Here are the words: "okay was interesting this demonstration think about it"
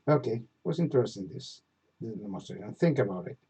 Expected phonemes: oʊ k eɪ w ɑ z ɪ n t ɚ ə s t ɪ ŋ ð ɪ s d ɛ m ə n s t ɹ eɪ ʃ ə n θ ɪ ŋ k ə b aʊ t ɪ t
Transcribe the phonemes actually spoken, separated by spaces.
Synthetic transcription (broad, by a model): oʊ k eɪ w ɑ s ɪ n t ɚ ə s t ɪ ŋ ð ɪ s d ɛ m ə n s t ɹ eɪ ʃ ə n θ ɪ ŋ k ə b aʊ t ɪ t